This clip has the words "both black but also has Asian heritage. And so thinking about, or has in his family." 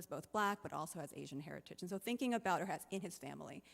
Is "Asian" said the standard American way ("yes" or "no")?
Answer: yes